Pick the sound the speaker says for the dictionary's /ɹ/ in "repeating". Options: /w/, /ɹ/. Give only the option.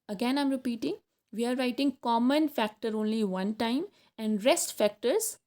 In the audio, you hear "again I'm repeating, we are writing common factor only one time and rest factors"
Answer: /ɹ/